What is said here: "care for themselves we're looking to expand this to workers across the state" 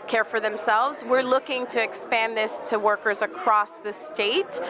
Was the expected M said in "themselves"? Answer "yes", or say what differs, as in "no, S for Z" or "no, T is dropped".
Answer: yes